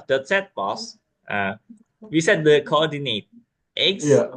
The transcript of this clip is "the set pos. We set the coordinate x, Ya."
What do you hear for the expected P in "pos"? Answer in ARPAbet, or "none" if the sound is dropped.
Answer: B